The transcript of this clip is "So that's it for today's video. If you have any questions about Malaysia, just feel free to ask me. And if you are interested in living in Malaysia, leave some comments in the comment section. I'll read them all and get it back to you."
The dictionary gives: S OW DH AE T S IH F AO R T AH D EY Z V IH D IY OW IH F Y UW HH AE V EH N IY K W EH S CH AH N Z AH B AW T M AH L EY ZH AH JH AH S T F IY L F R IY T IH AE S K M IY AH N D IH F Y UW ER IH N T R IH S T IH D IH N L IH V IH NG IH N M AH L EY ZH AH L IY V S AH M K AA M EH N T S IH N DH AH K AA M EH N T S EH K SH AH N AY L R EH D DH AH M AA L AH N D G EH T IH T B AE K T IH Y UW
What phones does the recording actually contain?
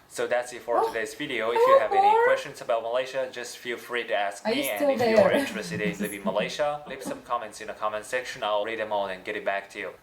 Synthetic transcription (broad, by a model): S OW DH AE T S IH F AO R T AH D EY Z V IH D IY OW IH F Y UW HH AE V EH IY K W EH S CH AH N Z AH B AW T M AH L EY SH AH JH AH S T F IY L F R IY T IH AE S K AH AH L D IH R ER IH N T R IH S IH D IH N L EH IH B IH M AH L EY SH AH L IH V S AH M K AA M EH N T S IH N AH K AA M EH N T S EH K SH AH N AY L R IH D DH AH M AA N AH N G EH T IH T B AE K T IH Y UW